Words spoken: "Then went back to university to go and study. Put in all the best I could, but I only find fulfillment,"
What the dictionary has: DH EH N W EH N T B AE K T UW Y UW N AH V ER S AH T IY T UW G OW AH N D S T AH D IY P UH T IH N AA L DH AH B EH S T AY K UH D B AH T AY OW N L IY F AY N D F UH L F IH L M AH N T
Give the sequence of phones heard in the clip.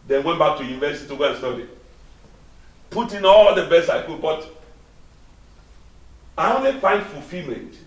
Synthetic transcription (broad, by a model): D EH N W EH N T B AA K T UW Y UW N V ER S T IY T UW G OW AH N S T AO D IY P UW T IH N AA L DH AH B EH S AY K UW B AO T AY OW N L IY F AY N D F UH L F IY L M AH N T